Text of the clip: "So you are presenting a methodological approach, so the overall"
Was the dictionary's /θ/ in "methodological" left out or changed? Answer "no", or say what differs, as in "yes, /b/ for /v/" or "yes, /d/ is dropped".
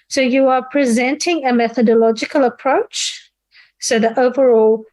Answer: no